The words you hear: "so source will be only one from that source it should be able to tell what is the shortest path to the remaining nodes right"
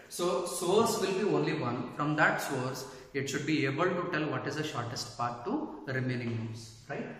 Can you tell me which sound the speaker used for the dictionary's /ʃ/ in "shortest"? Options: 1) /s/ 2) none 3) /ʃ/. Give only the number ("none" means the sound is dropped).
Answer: 3